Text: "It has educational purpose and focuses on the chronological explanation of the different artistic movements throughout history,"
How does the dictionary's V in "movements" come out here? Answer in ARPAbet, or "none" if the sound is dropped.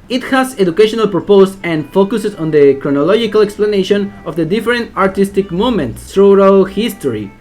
none